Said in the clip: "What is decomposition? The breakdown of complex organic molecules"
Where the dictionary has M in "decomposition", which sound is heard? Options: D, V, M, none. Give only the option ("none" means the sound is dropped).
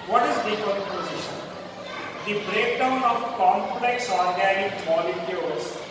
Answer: none